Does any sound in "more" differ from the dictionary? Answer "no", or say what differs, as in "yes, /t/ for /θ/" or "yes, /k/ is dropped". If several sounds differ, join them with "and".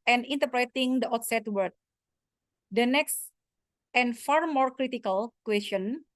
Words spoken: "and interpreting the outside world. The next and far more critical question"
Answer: no